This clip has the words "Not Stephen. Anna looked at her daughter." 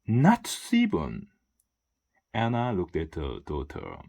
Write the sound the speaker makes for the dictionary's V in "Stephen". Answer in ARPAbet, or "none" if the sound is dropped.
B